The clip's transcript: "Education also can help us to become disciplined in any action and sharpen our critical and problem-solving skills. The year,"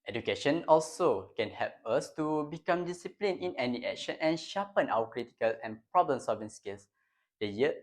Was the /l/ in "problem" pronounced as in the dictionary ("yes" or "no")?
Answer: yes